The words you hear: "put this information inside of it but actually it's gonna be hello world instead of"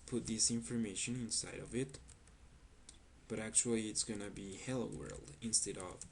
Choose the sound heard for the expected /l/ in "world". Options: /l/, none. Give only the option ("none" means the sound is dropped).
/l/